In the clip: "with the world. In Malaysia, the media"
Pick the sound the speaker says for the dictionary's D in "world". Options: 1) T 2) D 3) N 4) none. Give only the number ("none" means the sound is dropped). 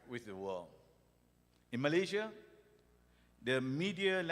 4